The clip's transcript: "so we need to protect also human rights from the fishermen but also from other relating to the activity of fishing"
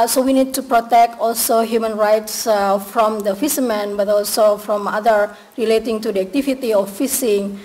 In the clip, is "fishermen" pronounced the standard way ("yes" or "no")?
no